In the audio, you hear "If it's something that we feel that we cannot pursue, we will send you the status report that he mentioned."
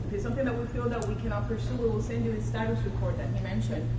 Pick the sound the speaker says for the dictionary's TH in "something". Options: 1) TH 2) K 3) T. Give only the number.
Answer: 1